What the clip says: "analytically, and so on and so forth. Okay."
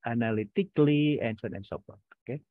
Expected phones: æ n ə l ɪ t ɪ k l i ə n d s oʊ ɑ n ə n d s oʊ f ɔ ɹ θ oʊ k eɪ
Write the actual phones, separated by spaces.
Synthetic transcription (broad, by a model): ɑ n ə l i t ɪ k l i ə n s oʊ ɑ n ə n s oʊ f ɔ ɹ t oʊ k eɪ